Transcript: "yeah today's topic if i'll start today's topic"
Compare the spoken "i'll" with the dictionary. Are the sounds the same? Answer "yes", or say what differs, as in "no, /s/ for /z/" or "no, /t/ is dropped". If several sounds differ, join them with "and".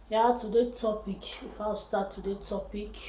no, /w/ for /l/